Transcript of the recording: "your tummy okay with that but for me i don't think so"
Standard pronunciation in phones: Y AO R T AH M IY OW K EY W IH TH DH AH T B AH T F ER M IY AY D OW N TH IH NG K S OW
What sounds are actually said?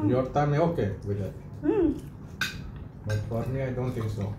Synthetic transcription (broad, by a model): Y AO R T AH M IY OW K EY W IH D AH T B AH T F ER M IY AY D OW N T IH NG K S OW